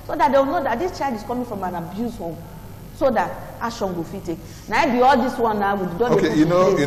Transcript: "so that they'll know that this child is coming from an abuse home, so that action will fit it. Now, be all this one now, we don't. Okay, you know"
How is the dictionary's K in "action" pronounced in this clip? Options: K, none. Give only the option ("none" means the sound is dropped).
none